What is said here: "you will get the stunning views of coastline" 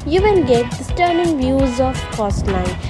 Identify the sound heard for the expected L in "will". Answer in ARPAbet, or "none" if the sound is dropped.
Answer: N